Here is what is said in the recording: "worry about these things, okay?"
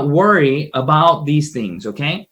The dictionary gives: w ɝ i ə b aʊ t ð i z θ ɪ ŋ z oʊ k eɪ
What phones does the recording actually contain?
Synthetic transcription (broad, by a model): w ɝ i ə b aʊ t ð i z θ ɪ ŋ z oʊ k eɪ